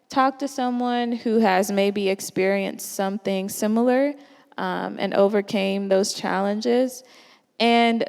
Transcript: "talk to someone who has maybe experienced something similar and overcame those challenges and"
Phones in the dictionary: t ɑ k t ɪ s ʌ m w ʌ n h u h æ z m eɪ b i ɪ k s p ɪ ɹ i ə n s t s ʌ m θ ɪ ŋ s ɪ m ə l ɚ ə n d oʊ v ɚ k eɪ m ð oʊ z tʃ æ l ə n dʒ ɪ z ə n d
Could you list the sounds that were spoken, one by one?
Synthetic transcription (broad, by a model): t ɑ k t ɪ s ʌ m w ʌ n h u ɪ z m eɪ b i ɪ k s p ɪ ɹ i ə n s t s ʌ m θ ɪ ŋ s ɪ m l ɚ ə n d oʊ v ɚ k eɪ m ð oʊ z tʃ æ l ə n dʒ ɪ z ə n